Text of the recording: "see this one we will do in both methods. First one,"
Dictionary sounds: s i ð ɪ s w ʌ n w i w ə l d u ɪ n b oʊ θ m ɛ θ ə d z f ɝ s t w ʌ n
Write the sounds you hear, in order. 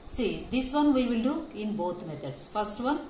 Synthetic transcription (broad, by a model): s i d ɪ s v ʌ n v i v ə l d u ɪ n b oʊ t m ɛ t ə d s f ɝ s t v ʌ n